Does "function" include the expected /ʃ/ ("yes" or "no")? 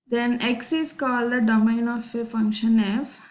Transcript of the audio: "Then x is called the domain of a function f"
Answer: yes